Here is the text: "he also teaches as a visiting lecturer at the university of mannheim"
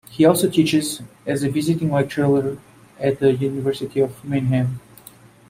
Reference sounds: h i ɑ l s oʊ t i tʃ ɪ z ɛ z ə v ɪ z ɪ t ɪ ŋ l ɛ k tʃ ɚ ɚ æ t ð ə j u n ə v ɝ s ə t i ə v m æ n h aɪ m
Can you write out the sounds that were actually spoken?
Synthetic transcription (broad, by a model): h i ɑ l s oʊ t i tʃ ɪ z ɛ z ə v ɪ z ɪ t ɪ ŋ w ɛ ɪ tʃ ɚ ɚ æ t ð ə j u n ə v ɝ s ə t i ə v m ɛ n h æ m